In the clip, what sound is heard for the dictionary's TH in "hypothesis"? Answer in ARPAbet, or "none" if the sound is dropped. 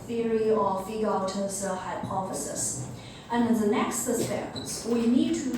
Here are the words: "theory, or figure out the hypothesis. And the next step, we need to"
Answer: F